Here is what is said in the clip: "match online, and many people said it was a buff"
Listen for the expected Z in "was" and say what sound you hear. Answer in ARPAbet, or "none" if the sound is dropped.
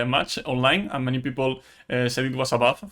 S